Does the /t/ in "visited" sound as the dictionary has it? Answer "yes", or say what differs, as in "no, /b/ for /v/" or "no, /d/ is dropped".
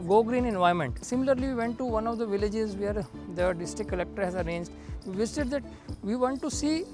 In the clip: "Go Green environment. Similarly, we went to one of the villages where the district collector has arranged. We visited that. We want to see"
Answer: no, /s/ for /t/